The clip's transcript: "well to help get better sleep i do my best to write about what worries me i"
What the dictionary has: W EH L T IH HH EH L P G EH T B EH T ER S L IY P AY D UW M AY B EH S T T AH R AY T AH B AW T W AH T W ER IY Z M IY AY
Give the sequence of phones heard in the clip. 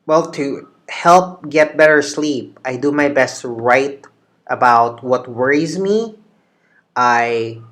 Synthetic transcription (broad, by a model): W EH L T IH HH EH L P G EH T B EH T ER S L IY P AY D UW M AY B EH S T T R AY T AH B AW T W AH T W ER IY Z M IY AY